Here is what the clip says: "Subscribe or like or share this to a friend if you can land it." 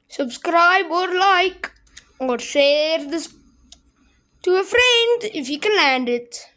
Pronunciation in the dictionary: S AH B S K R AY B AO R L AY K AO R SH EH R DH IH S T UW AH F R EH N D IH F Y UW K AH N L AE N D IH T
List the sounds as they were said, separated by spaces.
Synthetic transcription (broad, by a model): S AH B S K R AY B AO R L AY K AO R S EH R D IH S T UW AH F R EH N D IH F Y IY K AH L AE N D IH T